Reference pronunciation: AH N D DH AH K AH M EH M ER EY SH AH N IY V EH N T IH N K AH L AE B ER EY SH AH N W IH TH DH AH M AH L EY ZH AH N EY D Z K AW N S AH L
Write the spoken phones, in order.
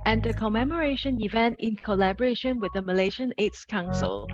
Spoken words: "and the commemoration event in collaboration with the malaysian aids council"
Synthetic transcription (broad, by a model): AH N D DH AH K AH M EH M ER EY SH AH N IY V EH N T IH N K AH L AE B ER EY SH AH N W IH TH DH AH M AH L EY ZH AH N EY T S K AW N S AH L